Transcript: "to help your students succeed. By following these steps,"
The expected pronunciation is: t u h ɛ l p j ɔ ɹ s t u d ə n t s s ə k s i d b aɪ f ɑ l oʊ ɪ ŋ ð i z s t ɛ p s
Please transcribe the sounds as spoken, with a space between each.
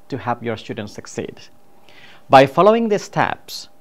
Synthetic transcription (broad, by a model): t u h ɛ p j ɔ ɹ s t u d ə n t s s ə k s i d b aɪ f ɑ l oʊ ɪ ŋ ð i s t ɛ p s